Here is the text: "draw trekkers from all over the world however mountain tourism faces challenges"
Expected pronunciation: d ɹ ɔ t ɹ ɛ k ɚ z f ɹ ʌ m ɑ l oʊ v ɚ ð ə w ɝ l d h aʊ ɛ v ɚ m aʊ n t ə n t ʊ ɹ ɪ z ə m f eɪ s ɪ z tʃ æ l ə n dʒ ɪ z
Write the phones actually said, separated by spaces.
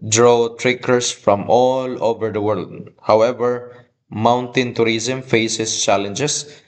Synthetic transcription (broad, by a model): d ɹ ɔ t ɹ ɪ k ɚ s f ɹ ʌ m ɑ l oʊ v ɚ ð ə w ɝ l d h aʊ ɛ v ɚ m aʊ n t ə n t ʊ ɹ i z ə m f eɪ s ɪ s tʃ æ l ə n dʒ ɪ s